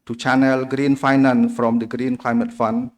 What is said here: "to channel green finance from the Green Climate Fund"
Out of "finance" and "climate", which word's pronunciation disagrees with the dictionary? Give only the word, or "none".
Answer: finance